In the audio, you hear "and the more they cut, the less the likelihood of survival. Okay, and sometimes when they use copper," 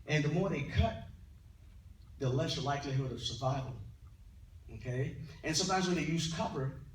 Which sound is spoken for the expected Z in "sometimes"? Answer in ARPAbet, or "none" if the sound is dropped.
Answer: Z